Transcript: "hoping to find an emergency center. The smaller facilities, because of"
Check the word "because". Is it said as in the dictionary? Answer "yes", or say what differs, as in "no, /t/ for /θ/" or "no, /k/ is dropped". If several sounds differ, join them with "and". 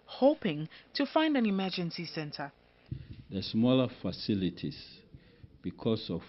no, /s/ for /z/